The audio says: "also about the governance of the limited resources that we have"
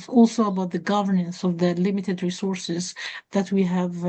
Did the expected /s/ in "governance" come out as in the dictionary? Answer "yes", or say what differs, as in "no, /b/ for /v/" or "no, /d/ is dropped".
yes